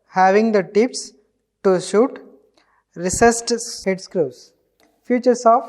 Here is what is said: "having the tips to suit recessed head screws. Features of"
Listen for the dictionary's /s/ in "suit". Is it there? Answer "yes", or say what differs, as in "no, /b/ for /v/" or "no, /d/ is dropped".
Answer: no, /ʃ/ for /s/